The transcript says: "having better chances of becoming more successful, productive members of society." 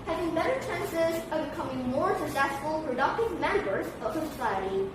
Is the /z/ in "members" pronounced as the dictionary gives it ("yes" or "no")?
yes